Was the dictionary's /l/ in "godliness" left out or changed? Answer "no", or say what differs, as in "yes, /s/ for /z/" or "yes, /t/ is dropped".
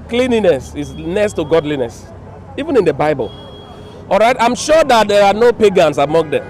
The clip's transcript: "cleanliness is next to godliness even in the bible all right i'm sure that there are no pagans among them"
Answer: no